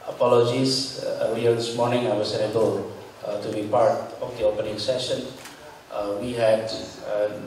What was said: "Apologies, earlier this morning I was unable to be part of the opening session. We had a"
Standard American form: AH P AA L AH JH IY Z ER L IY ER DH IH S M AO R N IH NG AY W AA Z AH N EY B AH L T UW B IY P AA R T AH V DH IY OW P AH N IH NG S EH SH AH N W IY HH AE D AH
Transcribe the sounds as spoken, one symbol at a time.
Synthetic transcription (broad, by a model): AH P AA L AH JH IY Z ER IY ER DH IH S M AO R N IH NG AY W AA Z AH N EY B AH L T UW B IY P AA R T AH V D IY OW P AH N IH NG S EH SH AH N W IY HH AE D